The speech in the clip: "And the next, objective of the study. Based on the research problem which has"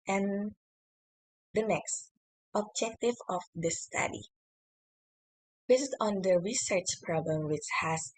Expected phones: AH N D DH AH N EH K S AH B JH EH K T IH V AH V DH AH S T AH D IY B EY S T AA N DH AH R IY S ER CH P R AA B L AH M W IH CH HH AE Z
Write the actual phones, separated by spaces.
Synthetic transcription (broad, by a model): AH N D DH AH N EH K S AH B JH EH K T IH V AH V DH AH S T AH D IY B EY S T AA N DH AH R IY S ER CH P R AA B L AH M W IH CH HH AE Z